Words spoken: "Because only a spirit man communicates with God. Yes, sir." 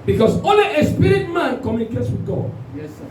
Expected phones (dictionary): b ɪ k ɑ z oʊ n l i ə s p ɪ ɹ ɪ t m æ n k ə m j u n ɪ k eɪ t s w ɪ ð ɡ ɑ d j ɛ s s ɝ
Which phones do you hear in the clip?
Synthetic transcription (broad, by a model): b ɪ k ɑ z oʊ l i ə s p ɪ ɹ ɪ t m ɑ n k ə m j u n ɪ k eɪ t s w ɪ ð ɡ ɑ d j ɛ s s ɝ